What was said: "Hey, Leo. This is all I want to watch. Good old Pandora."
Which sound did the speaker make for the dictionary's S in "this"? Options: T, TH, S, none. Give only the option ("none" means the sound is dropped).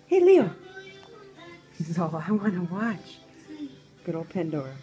none